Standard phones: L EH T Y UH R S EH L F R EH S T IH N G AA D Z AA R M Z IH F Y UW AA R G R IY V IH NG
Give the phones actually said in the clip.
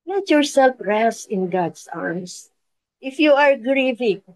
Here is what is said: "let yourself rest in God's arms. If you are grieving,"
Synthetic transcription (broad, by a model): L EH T Y UH R S EH L F R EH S IH N G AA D S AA R M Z IH F Y UW AA R G R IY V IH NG